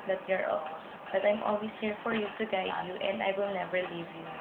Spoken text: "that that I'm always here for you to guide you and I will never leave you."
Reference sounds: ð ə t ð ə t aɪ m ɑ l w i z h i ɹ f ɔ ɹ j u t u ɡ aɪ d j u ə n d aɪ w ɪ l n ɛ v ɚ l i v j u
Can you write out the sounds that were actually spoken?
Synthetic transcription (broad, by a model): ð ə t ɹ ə t aɪ m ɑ l w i s h i ɹ f ɔ ɹ j u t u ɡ aɪ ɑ j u ə n d aɪ w ɪ l n ɛ v ɚ l i v j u